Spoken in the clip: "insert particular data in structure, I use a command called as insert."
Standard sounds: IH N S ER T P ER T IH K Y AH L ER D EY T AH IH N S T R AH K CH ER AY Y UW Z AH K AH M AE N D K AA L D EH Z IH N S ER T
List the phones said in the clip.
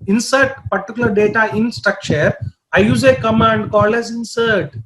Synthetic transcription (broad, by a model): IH N S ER T P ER T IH K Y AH L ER D EY T AH IH N S T R AH K CH ER AY Y UW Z AH K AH M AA N D K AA L EH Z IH N S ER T